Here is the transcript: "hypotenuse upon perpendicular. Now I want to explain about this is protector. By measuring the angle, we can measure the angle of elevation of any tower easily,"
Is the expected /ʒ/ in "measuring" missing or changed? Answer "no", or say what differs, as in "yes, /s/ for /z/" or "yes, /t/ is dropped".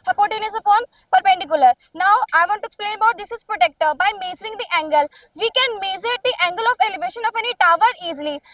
yes, /z/ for /ʒ/